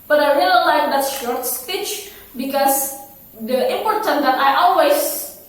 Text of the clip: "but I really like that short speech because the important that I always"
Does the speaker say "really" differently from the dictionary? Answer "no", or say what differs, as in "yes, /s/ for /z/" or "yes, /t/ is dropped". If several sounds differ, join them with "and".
yes, /l/ is dropped